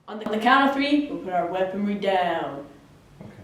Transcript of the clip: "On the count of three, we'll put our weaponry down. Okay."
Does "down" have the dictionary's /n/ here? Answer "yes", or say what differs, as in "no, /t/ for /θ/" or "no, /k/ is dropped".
no, /n/ is dropped